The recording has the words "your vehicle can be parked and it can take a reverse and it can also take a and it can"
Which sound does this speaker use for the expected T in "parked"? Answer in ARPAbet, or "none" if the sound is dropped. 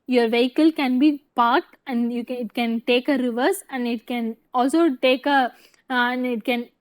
T